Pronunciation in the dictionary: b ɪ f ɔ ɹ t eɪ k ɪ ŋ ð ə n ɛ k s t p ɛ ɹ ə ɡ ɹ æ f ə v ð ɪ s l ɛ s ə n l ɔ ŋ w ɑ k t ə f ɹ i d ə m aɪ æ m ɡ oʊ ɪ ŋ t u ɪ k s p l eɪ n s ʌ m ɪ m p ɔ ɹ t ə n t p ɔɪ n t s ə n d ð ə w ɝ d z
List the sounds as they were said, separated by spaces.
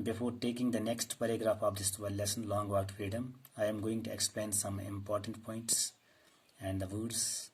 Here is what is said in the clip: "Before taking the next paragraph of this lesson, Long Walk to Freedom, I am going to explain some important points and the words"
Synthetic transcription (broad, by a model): b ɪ f ɔ ɹ t eɪ k ɪ ŋ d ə n ɛ k s t p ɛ ɹ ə ɡ ɹ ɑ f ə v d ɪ s l ɛ s ə n l ɔ ŋ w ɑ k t f ɹ i d ə m aɪ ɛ m ɡ oʊ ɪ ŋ t u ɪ k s p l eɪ n s ʌ m ɪ m p ɔ ɹ t ə n t p ɔɪ n t s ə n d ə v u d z